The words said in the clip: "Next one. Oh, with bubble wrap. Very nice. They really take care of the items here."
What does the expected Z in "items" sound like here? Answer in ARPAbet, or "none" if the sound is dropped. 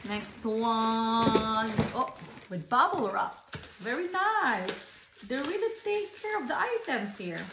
S